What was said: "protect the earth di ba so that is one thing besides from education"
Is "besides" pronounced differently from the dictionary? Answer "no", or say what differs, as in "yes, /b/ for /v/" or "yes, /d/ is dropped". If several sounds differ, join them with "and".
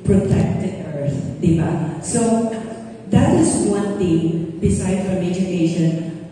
yes, /z/ is dropped